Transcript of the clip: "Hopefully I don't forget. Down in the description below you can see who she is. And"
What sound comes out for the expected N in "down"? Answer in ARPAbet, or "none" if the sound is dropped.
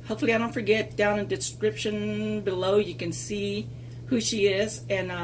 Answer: none